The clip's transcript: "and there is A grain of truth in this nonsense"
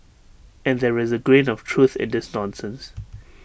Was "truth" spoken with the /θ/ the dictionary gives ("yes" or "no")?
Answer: yes